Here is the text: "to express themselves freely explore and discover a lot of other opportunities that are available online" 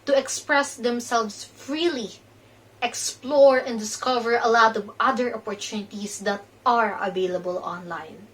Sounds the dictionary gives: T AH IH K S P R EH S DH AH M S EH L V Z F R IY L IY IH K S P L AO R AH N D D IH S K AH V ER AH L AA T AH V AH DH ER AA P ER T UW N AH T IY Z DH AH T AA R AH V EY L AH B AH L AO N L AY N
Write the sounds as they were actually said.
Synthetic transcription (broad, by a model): T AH IH K S P R EH S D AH M S EH L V S F R IY L IY IH K S P L AO R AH N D D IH S K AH V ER AH L AA T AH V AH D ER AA P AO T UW N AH T IY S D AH T AA R AH V EY L AH B AH L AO N L AY N